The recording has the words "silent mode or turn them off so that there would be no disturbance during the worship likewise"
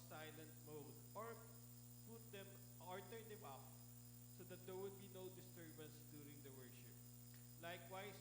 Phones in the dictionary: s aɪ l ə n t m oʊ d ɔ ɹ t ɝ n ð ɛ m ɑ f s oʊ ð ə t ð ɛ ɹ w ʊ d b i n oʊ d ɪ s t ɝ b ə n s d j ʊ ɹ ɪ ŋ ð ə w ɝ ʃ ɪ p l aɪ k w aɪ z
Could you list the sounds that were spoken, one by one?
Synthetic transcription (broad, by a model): s aɪ l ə n t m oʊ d ɔ ɹ t ɝ n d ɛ m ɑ p s oʊ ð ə t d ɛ ɹ w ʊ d b i n oʊ d ɪ s t ɝ b ə n s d j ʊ ɹ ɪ ŋ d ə w ɝ ʃ ɪ p l aɪ k w aɪ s